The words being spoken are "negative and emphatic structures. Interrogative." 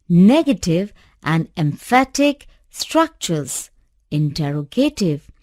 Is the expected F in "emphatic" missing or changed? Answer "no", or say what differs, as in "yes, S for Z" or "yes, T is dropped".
no